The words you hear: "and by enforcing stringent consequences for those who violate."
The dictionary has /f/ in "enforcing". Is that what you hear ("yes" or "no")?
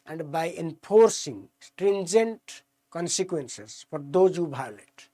no